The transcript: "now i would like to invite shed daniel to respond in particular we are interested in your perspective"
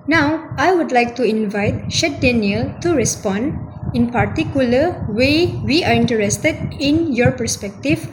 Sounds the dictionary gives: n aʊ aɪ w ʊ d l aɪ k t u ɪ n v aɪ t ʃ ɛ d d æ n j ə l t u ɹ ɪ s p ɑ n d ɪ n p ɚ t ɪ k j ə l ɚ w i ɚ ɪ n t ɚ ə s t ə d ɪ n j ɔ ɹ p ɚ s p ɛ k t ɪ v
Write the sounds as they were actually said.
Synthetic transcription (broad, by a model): n aʊ aɪ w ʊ d l aɪ k t u ɪ n v aɪ t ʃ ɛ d d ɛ n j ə l t u ɹ ɪ s p ɑ n d ɪ n p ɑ t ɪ k j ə l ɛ w i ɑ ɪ n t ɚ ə s t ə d ɪ n j ɔ ɹ p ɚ s p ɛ k t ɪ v